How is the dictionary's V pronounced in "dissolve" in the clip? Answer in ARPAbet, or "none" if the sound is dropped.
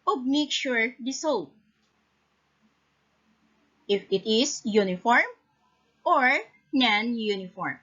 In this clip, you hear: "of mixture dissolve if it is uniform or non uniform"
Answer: none